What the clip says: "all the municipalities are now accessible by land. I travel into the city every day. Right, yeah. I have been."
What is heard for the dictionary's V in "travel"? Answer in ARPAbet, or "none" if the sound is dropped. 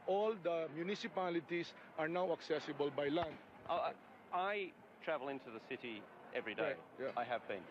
V